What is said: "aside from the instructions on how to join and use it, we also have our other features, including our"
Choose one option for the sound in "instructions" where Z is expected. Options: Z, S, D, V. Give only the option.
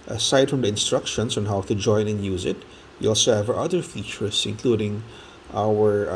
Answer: S